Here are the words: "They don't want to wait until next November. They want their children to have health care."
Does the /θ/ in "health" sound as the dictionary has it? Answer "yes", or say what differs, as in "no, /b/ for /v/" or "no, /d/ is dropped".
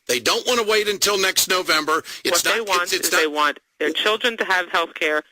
yes